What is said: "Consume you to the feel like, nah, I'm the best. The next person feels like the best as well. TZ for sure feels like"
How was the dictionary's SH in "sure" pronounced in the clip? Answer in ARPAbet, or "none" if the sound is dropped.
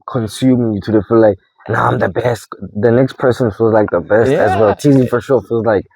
SH